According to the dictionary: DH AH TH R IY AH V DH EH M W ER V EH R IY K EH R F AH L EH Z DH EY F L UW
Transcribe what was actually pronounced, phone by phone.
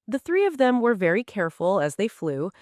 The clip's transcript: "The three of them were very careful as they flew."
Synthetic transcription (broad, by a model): DH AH TH R IY AH V DH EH M W ER V EH R IY K EH R F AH L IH Z DH EY F L UW